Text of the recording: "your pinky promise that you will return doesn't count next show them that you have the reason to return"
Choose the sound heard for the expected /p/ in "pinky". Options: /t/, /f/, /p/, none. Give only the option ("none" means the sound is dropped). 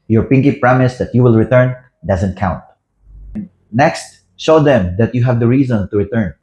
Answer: /p/